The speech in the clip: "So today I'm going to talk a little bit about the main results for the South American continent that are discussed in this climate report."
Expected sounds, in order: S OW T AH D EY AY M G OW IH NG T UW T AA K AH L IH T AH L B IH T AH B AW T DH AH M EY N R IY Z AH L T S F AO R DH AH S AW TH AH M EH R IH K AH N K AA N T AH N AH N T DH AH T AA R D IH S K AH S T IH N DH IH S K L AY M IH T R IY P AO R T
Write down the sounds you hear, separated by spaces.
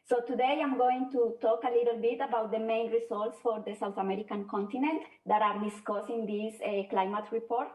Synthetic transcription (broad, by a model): S OW T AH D EY AY M G OW IH NG T UW T AA K AH L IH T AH L B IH T AH B AW T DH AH M EY N R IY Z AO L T S F AO R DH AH S AW TH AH M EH R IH K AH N K AA N T AH N AH N T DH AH T AA R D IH S K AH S IH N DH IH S K L AY M IH T R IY P AO R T